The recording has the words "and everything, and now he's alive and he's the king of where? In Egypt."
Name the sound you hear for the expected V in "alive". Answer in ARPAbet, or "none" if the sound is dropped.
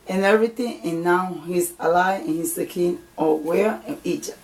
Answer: none